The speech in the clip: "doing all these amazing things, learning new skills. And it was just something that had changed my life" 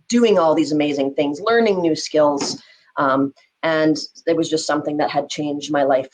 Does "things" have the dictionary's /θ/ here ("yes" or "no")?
yes